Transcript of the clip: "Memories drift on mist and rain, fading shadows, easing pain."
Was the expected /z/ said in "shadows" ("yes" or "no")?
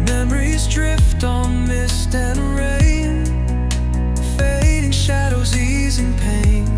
yes